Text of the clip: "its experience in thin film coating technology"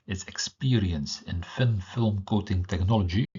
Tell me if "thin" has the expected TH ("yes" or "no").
no